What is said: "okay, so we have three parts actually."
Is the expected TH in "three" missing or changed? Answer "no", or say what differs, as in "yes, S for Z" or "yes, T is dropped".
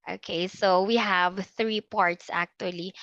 no